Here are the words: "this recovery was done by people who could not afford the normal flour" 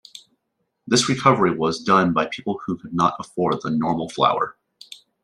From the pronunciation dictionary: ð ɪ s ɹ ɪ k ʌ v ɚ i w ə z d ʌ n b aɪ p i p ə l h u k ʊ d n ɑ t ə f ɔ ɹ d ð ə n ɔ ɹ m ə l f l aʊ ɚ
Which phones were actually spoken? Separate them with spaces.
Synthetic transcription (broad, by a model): ð ɪ s ɹ ɪ k ʌ v ɚ i w ə z d ʌ n b aɪ p i p l h u k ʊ d n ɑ t ə f ɔ ɹ d ð ə n ɔ ɹ m l f l aʊ ɚ